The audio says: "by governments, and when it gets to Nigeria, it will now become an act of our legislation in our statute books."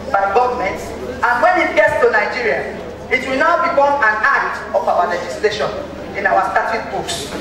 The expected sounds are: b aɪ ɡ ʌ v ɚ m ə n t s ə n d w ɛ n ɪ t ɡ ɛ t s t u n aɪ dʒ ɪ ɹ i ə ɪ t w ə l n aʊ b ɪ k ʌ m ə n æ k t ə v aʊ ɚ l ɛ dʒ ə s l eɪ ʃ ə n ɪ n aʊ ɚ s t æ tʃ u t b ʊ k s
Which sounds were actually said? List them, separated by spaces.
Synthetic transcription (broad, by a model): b aɪ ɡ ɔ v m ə n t ə n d w ɛ n ɪ t ɡ ɛ t s t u n aɪ dʒ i ɹ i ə ɪ t w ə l n aʊ b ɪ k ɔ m ə n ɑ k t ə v aʊ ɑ l ɛ dʒ ə s l eɪ ʃ ə n ɪ n aʊ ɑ s t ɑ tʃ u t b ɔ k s